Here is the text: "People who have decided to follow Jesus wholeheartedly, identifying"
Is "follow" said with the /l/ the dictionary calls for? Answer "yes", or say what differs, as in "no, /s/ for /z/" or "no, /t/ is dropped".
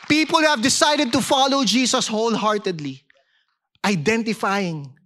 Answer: yes